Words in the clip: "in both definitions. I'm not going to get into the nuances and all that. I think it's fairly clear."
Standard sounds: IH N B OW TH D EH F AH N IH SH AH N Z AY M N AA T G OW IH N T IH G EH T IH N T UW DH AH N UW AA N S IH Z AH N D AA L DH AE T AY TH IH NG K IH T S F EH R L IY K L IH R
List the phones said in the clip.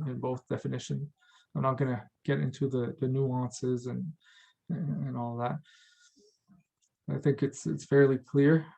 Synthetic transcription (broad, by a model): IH N B OW TH D EH F AH N IH SH AH N Z AY M N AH T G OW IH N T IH G EH T IH N T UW DH AH N UW AA N S IH Z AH N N AA L DH AE T AY TH IH NG K IH T S F EH R L IY K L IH R